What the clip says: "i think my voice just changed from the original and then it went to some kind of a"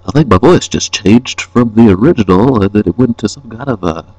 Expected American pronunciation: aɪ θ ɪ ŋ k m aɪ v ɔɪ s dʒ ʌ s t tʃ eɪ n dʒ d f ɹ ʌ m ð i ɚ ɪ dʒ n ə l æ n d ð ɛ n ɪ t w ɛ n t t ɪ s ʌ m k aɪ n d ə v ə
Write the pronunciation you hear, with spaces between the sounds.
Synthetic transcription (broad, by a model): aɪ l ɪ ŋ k m aɪ v ɔɪ s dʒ ʌ s tʃ eɪ n dʒ d f ɹ ʌ m ð i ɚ ɪ dʒ ə n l ð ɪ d ɪ t w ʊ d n t ɪ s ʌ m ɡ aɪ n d ə v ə